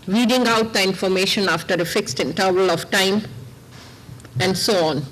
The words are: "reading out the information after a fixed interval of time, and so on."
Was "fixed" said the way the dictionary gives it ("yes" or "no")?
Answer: yes